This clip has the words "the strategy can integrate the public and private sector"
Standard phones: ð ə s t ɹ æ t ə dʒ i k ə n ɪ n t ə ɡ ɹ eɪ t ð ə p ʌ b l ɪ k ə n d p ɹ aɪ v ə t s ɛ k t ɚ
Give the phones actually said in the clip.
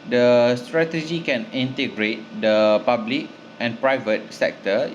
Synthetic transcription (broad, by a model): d ə s t ɹ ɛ t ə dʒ i k ə n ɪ n t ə ɡ ɹ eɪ t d ə p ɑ b l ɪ k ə n p ɹ aɪ v ə t s ɛ k t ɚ